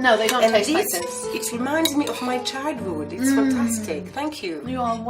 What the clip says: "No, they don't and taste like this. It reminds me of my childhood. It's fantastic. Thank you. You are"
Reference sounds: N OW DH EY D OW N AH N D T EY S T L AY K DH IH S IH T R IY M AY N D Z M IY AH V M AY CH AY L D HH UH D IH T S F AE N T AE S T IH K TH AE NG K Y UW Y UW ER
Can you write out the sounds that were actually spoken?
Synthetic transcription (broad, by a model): N OW DH EY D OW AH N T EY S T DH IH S IH T R IY M AY N D Z M IY AH V M AY CH AY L D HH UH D IH T S F AE N T AE S T IH K TH AE NG K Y Y UW